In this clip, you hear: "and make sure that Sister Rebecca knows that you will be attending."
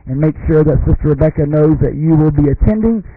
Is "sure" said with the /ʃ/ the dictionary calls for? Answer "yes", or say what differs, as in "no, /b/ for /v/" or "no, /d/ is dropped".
yes